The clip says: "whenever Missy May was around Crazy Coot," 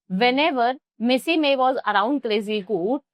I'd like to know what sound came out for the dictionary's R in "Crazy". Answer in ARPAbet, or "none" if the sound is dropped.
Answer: L